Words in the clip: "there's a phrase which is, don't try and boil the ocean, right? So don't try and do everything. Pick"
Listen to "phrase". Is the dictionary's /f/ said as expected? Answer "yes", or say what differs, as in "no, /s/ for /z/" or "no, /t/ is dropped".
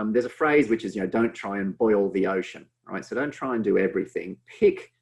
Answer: yes